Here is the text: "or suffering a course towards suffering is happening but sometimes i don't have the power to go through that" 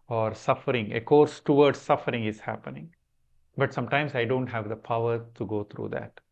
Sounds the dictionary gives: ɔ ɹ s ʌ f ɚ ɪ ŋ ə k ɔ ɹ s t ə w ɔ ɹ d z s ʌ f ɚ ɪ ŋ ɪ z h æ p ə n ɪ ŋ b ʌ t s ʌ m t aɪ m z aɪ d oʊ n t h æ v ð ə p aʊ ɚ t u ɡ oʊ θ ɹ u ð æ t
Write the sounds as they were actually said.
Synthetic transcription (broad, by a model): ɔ ɹ s ʌ f ɚ ɪ ŋ ə k ɔ ɹ s t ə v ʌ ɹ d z s ʌ f ɚ ɪ ŋ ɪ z h æ p ə n ɪ ŋ b ʌ t s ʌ m t aɪ m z aɪ d oʊ n t h æ v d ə p aʊ ɚ t u ɡ oʊ t ɹ u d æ t